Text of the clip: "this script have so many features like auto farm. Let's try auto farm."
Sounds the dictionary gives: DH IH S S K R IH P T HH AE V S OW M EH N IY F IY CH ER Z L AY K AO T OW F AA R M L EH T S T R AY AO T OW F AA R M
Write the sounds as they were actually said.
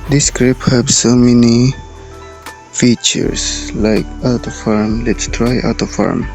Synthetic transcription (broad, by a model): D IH S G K R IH P HH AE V S OW M EH N IY F IY CH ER S L AY K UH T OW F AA R M L EH T S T R AY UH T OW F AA R M